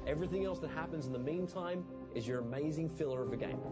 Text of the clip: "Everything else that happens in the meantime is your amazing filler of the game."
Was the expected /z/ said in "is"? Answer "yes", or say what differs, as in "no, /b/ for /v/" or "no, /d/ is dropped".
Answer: yes